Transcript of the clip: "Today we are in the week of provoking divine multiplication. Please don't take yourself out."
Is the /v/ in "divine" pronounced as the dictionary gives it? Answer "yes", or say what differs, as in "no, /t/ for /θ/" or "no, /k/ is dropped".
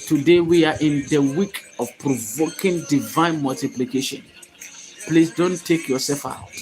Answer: yes